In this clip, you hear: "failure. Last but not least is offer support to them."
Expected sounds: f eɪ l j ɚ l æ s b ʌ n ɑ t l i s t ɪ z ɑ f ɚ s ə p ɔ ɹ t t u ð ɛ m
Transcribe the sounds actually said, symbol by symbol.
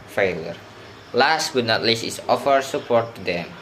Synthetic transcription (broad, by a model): f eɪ l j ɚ l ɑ s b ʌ n ɑ t l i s ɪ s ɑ f ɚ s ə p ɔ ɹ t t u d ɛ m